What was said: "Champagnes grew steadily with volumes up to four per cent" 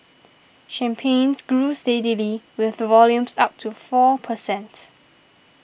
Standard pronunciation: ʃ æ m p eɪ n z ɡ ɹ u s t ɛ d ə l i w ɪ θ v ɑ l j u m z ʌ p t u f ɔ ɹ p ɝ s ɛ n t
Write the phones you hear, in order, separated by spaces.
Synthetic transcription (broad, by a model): ʃ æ m p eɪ n s ɡ ɹ u s t ɛ d ə l i w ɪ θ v ɑ l j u m s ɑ p t u f ɔ p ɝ s ɛ n t